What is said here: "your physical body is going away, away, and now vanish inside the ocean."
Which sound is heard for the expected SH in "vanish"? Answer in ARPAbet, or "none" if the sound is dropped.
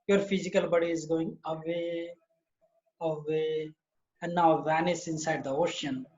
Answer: S